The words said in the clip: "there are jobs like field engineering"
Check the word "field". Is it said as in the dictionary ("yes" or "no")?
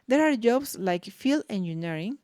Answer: no